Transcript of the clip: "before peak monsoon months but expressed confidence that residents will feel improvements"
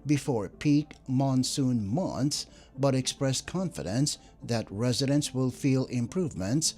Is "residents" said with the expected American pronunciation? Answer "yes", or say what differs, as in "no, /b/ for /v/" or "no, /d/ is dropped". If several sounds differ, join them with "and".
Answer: yes